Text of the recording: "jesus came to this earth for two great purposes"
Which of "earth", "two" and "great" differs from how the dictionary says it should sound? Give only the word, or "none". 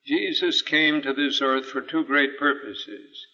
none